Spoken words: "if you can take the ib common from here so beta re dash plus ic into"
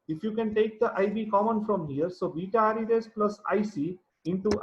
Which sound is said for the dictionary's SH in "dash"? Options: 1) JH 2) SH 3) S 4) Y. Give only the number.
3